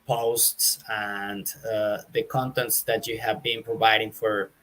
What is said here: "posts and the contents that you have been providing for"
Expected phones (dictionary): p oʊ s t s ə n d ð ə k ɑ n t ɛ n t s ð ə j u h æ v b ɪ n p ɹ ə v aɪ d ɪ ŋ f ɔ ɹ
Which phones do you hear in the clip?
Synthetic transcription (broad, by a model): p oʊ s t s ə n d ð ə k ɑ n t ɛ n t s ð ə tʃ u h æ v b ɪ n p ɹ ə v aɪ d ɪ ŋ f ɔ ɹ